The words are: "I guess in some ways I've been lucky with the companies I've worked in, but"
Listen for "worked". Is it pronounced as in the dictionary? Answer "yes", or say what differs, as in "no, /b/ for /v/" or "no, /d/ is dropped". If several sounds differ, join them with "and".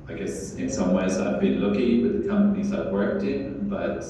yes